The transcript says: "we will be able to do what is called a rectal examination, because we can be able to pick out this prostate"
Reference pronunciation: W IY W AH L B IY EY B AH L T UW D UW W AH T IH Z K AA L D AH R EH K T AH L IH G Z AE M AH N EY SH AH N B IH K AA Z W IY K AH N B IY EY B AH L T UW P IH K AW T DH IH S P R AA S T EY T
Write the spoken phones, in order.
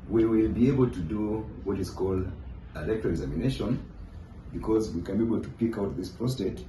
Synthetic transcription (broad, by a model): W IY W AH L B IY EY B AH L T UW D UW W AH T IH Z K AA L D AH L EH K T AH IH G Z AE M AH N EY SH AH N B IH K AA Z W IY K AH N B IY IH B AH L T UW P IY K AW T DH IH S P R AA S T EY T